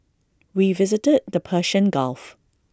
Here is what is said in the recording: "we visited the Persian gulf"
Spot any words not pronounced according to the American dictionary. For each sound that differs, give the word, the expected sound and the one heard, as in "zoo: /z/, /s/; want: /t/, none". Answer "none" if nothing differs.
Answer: persian: /ʒ/, /ʃ/